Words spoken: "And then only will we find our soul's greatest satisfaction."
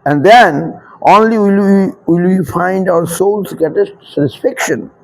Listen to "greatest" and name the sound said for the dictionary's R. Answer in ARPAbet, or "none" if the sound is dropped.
none